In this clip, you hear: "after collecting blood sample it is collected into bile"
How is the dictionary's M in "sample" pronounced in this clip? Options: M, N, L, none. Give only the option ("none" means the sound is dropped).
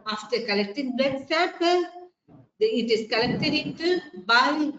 none